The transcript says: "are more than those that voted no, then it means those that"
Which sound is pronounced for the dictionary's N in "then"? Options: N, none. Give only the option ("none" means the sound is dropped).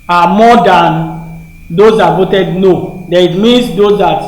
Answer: none